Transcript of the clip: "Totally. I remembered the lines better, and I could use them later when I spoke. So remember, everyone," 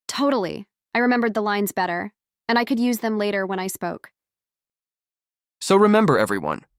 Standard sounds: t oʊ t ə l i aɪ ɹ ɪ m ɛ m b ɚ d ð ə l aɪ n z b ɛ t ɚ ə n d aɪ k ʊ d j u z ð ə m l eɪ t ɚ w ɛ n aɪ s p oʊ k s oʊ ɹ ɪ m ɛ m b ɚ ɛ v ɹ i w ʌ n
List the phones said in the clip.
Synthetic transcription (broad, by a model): t oʊ t l i aɪ ɹ ɪ m ɛ m b ɚ d ð ə l aɪ n z b ɛ t ɚ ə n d aɪ k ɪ d j u z ð ə m l eɪ t ɚ w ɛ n aɪ s p oʊ k s oʊ ɹ ɪ m ɛ m b ɚ ɛ v ɹ i w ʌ n